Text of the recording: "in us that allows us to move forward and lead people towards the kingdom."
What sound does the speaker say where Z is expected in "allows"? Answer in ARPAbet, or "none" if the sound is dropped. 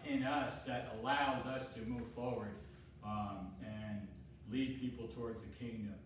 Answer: Z